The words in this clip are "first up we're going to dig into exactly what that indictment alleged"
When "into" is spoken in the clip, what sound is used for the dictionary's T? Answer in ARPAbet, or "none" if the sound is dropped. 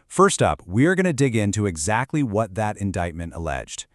T